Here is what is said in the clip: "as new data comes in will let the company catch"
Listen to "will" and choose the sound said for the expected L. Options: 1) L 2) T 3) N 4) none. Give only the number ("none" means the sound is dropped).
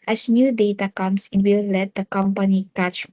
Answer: 1